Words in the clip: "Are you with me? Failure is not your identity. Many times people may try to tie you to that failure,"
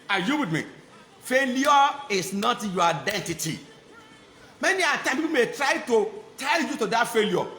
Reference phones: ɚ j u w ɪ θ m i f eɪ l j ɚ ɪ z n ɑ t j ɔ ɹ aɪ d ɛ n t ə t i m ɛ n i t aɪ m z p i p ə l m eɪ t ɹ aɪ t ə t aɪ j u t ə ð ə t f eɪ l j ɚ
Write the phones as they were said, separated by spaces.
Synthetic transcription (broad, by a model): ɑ j u w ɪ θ m i f eɪ l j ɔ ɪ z n ɑ t j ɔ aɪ d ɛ n t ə t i m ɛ n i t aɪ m p i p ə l m eɪ t ɹ aɪ t ə t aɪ j u t ə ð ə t f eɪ l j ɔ